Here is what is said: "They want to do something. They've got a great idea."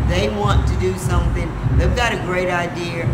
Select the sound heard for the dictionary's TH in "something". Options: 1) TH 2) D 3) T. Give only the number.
1